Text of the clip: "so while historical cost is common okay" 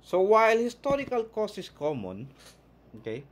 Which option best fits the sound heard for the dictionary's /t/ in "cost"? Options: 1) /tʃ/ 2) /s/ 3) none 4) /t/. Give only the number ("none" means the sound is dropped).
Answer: 3